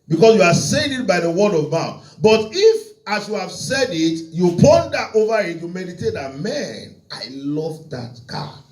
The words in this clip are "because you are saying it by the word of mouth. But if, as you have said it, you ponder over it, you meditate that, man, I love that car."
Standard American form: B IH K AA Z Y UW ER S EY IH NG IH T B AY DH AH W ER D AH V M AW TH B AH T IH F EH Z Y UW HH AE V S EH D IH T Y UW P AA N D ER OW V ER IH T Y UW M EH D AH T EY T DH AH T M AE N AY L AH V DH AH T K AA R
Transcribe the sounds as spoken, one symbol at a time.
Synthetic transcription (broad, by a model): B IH K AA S Y UW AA S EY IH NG IH T B AY DH AH W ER D AH V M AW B B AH T IH F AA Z Y UW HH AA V S EH D IH T Y UW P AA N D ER OW V ER IH T Y UW M EH D AH T EY T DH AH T M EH N AY L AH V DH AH T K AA